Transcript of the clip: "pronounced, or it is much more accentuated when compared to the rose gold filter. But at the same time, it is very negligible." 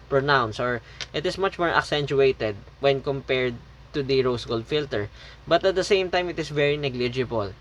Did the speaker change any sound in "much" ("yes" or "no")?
no